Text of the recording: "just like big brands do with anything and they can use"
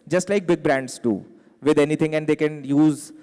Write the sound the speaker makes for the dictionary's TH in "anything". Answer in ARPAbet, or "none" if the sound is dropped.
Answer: T